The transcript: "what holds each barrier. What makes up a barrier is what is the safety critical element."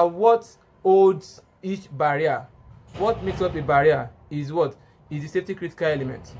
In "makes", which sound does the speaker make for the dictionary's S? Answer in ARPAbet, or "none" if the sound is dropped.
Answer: S